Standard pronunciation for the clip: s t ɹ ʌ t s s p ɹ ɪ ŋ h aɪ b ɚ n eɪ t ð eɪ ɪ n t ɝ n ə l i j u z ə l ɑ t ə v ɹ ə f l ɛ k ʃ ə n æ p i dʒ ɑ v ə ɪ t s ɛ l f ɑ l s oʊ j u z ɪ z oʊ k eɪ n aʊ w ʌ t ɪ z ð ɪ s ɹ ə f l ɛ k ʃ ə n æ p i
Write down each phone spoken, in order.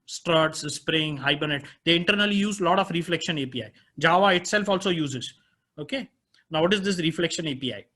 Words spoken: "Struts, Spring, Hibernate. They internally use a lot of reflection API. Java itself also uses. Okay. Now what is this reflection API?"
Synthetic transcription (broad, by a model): s t ɹ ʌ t s s p ɹ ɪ ŋ h aɪ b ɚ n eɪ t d eɪ ɪ n t ɝ n ə l i j u z l ɑ t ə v ɹ ə f l ɛ k ʃ ə n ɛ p i dʒ ɑ v ə ɪ t s ɛ l f ɑ l s oʊ j u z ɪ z oʊ k eɪ n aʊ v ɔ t ɪ z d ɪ s ɹ ə f l ɛ k ʃ ə n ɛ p i